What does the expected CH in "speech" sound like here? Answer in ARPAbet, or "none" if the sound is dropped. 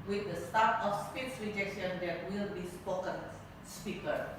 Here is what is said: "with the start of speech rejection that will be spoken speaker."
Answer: S